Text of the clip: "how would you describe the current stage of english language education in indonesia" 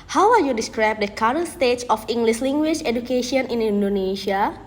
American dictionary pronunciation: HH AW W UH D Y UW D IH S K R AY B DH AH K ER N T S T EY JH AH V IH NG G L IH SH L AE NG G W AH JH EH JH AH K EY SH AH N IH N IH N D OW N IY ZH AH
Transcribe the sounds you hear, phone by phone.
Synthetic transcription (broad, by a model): HH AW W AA Y UW D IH S K R AY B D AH K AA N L S T EY CH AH F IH NG G L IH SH L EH NG G W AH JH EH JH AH K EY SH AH N IH N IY N D OW N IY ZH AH